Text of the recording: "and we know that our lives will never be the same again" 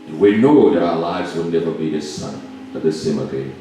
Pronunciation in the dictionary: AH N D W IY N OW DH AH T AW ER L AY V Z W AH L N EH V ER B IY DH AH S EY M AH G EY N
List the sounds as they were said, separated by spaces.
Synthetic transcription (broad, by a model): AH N W IY N OW DH AH T AW ER L AY V Z W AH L N EH V ER B IY DH AH S EY M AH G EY